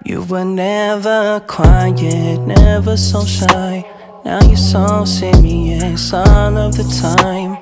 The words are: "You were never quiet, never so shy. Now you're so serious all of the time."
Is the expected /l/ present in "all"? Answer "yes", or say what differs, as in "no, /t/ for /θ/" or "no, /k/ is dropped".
no, /n/ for /l/